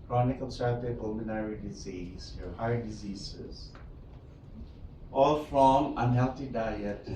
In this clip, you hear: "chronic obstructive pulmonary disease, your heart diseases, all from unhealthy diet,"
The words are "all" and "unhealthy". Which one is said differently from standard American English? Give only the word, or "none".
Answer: unhealthy